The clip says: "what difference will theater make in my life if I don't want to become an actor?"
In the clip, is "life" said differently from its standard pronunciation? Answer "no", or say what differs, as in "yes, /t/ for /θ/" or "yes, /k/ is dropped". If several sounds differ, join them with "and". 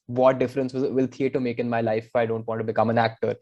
yes, /f/ is dropped